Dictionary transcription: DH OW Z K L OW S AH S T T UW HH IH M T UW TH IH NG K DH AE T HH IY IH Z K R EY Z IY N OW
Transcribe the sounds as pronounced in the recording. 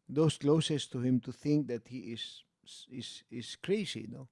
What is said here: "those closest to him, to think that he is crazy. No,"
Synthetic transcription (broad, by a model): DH OW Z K L OW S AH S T T UW HH IH M T UW TH IH NG K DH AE T HH IY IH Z K R EY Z IY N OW